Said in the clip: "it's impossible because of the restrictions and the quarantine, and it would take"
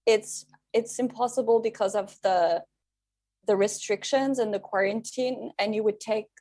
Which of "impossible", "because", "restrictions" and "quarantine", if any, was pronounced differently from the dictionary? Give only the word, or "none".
none